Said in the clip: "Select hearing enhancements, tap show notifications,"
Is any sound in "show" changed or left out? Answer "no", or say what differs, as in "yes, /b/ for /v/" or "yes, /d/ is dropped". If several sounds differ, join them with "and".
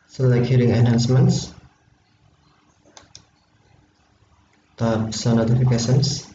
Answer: yes, /s/ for /ʃ/